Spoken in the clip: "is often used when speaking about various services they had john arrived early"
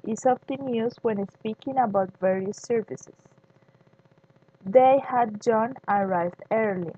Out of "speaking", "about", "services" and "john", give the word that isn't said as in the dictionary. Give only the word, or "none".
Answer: services